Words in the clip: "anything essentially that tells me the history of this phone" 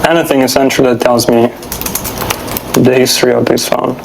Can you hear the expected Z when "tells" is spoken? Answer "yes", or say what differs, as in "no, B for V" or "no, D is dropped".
yes